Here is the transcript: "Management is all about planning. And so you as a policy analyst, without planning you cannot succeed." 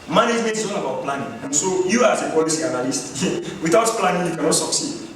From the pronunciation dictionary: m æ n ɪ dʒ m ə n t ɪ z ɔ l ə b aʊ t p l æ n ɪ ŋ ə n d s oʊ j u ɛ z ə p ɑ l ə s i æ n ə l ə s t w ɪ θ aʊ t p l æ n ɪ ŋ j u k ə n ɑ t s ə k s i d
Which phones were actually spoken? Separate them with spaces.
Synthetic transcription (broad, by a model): m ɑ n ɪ dʒ m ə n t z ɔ n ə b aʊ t p l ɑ n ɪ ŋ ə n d s oʊ j u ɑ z ə p ɑ l ə s i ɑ n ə l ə s t w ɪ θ aʊ t p l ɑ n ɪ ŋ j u k ə n ɑ t s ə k s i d